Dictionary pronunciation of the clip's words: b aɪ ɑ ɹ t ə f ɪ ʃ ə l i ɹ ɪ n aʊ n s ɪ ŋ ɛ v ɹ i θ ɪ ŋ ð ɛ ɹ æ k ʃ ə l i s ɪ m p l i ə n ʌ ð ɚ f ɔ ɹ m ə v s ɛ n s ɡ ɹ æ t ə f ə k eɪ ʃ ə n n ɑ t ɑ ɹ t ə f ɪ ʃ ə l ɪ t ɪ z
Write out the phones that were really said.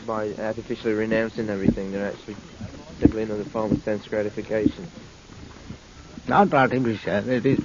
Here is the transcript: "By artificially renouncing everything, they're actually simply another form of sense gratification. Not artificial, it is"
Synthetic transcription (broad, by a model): b aɪ ɑ ɹ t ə f ɪ ʃ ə l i ɹ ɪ n aʊ n s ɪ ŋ ɛ v ɹ i θ ɪ ŋ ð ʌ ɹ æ k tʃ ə l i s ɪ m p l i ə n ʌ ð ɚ f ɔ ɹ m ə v s ɛ n s ɡ ɹ æ t ə f ə k eɪ ʃ ə n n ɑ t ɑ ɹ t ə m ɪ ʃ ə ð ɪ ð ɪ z